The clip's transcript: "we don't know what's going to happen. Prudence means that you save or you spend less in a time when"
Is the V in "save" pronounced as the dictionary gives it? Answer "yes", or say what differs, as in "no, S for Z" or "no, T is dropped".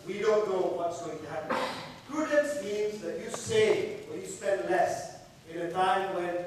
no, W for V